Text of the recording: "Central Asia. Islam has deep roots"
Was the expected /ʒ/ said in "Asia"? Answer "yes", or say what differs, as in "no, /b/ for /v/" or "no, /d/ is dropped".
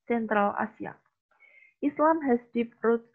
no, /s/ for /ʒ/